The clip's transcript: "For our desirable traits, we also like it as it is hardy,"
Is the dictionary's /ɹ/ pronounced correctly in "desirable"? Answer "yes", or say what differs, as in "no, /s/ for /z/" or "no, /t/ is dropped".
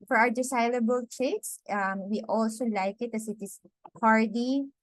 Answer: no, /l/ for /ɹ/